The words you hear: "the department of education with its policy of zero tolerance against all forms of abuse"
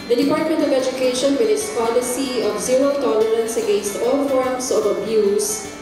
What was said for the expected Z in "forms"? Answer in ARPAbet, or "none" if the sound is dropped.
S